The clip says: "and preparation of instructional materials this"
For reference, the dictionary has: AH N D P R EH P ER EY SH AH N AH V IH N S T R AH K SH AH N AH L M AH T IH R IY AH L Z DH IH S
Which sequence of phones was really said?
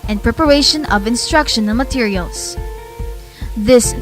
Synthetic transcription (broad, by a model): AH N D P R EH P ER EY SH AH N AH V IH N S T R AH K SH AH N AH N M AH T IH R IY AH L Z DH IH S